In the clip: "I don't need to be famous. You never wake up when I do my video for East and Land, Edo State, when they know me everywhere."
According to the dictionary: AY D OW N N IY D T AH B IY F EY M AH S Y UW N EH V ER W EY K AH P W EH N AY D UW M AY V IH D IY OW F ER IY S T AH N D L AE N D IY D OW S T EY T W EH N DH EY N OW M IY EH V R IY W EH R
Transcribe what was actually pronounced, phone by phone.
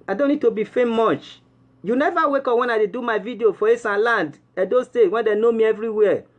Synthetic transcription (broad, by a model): AY D OW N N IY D T AH B IY F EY M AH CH Y UW N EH V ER W EY K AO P W EH N AY D UW M AY V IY D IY OW F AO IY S AH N L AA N D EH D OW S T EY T W EH N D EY N OW M IY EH V R IY W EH